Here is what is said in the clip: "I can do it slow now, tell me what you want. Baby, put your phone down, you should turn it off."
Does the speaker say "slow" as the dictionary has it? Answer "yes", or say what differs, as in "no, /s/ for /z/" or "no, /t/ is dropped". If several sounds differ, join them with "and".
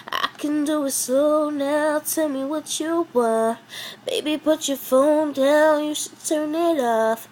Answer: no, /l/ is dropped